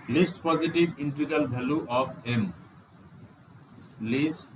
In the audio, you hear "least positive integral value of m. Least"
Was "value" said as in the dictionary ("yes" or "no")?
no